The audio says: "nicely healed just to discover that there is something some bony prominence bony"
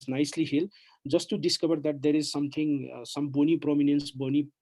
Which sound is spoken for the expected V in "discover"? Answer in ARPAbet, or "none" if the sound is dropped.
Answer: B